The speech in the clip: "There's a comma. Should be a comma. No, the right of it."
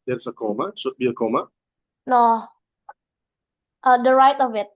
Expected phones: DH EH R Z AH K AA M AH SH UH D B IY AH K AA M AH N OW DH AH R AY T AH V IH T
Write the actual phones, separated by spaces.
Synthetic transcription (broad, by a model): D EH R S AH K AA M AH S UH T B IY AH K AA M AH N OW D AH R AY T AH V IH T